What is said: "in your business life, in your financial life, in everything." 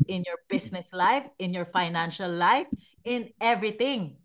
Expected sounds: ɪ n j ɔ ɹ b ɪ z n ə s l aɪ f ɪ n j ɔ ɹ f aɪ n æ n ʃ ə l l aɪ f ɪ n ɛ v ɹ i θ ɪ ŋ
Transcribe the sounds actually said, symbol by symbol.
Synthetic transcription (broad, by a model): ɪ n j ɔ ɹ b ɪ s n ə s l aɪ f ɪ n j ɔ ɹ f aɪ n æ n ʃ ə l l aɪ f ɪ n ɛ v ɹ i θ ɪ ŋ